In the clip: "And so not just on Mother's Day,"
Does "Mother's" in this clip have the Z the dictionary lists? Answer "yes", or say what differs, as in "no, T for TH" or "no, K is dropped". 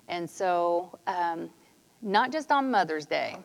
yes